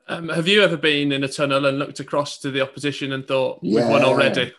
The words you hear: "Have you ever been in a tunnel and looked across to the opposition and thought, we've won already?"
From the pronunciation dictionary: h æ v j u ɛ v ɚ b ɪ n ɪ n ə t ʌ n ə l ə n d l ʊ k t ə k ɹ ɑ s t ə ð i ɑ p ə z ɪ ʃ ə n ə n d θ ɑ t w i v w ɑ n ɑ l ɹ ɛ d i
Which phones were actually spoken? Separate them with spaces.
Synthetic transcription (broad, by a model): h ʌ v j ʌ ɛ v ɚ b ɪ n ɪ n ə t ʌ n ə l ə n l ʊ k t ə k ɹ ɑ s t ə ð i ɑ p ə z ɪ ʃ ə n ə n θ ɑ t w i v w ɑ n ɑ l ɹ ɛ d i